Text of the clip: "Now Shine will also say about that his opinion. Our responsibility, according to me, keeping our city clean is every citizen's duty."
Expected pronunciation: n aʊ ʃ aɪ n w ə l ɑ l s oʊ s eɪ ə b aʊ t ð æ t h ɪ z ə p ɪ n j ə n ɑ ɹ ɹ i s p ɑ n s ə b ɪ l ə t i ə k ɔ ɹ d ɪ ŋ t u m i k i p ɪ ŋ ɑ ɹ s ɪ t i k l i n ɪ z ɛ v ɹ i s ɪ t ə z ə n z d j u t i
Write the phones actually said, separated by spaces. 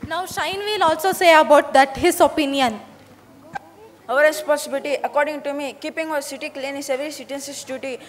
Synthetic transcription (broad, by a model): n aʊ ʃ aɪ n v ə l ɑ l s oʊ s eɪ ə b aʊ t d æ t h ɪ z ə p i n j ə n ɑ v ɹ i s p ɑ s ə b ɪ l t i ə k ɔ ɹ d ɪ ŋ t u m i k i p ɪ ŋ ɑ s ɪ t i k l i n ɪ s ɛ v i s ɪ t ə s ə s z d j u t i